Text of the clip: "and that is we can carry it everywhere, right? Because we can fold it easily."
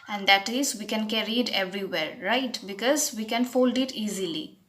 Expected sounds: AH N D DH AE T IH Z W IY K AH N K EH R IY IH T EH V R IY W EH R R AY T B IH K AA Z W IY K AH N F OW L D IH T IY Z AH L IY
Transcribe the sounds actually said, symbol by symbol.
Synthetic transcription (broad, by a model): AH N D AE T IH Z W IY K AH N K EH R IY IH T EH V R IY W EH R R AY T B IH K AA Z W IY K AH N F OW L D IH T IY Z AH L IY